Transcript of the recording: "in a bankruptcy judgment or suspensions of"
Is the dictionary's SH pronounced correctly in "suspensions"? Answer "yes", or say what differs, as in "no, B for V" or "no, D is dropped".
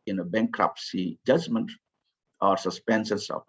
no, S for SH